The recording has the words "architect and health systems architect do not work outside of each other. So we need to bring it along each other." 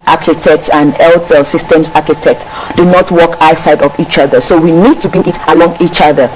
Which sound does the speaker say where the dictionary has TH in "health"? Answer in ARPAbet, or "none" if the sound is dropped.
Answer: T